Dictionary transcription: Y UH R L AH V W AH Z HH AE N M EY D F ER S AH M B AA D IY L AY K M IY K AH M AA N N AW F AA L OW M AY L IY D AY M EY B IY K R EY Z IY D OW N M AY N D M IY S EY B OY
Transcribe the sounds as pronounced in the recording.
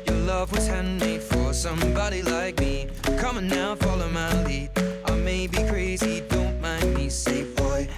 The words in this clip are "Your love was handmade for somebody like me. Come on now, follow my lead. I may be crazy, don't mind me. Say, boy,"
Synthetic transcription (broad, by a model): Y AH R L AH V W AH Z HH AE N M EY F ER S AH M B AA D IY L AY K M IY K AH M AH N N AW F AA L OW M AY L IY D AY M EY B IY K R EY Z IY D OW N M AY N D M IY S EY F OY